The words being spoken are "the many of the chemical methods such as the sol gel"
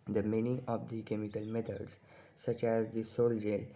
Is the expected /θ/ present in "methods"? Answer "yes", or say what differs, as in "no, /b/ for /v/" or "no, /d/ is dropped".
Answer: no, /t/ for /θ/